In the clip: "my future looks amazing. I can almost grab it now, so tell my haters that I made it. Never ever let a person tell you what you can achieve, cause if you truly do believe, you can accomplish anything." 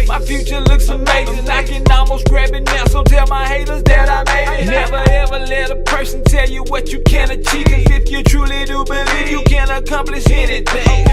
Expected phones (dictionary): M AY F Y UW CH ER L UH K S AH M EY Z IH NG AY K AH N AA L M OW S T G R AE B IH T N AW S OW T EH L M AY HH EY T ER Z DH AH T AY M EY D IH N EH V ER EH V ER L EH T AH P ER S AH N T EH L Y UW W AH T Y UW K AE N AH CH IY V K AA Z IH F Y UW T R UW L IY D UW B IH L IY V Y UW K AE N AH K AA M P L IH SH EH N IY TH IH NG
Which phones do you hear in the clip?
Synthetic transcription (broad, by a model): M AY F Y UW CH ER L UH K S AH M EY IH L AY K AH N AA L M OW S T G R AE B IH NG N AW S OW T EH L M AY HH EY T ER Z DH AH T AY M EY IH N EH V ER EH V ER L EH T AH P ER S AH N T EH L Y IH W AH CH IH K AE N AH CH IY V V IH F Y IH T R UW L IY D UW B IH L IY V Y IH K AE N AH K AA M P L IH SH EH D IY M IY